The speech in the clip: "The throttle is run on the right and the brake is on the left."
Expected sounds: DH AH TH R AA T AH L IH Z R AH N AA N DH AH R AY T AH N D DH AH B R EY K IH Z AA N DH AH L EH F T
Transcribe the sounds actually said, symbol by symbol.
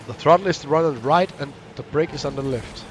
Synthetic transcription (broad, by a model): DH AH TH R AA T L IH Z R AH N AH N R AY T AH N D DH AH B R EY K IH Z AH N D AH L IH F T